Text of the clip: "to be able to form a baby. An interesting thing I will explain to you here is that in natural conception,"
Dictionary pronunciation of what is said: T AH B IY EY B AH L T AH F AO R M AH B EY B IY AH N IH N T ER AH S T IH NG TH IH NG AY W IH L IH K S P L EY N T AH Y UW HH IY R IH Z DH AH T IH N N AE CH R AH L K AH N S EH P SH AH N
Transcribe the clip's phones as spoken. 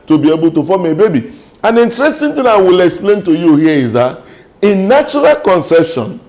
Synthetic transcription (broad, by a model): T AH B IY EY B AH L T AH F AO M AH B EY B IY AH N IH N T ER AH S T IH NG T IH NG AY W IH L IH K S P L EY N T AH Y UW HH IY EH IH Z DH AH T IH N N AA CH R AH L K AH N S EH P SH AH N